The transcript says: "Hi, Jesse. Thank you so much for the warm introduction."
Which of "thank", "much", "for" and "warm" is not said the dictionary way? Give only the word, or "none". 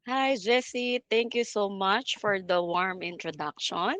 thank